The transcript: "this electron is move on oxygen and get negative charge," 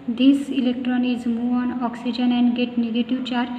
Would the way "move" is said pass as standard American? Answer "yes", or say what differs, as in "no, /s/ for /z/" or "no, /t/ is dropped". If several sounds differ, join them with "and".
no, /v/ is dropped